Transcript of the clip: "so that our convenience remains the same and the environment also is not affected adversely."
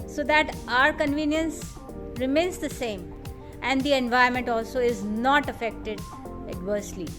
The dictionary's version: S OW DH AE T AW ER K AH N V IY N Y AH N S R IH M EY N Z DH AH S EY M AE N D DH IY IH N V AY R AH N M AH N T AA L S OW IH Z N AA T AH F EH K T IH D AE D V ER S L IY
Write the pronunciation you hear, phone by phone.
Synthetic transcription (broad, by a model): S OW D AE T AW ER K AH N V IY N Y AH N S R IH M EY N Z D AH S EY M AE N D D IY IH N V AY AH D M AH N T AA L S OW IH Z N AA T AH F EH K T IH D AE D V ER S L IY